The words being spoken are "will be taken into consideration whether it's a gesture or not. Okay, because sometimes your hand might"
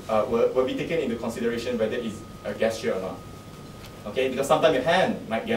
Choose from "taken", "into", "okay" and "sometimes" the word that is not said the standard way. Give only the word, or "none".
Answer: sometimes